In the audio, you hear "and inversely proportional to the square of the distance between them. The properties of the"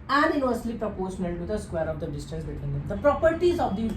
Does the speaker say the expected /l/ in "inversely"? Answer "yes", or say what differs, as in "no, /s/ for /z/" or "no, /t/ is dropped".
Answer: yes